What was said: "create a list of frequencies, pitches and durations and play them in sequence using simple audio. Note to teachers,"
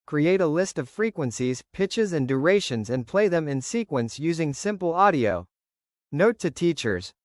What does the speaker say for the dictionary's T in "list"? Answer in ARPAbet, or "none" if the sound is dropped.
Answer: T